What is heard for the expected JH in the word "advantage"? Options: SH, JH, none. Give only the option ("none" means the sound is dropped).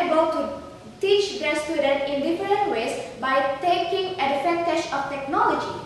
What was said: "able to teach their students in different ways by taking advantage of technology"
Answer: SH